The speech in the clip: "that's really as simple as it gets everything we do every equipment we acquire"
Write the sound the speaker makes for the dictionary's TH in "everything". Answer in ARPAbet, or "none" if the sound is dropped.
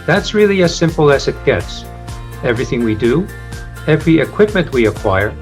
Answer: TH